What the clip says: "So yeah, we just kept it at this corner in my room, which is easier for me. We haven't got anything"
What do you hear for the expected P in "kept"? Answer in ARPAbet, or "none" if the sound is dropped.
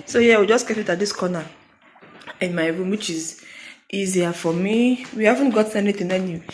none